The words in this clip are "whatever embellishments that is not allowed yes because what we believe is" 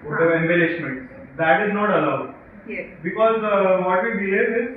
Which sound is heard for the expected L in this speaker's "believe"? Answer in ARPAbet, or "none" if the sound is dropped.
none